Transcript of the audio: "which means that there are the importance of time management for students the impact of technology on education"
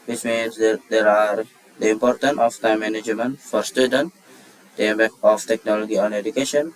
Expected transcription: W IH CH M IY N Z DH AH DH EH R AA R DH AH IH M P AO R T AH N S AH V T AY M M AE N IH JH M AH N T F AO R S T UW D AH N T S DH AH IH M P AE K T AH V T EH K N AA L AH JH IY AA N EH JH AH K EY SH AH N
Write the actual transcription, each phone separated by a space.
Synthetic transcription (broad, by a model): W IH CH M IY N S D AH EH R AA R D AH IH M P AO R T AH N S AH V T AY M M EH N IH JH M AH N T F AO R S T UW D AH N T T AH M B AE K AH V T EH K N AA L AH JH IY AA N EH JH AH K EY SH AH N